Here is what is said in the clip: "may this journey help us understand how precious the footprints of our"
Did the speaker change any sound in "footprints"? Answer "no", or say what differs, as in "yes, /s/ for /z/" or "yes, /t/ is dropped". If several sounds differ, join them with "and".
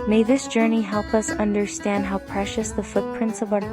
no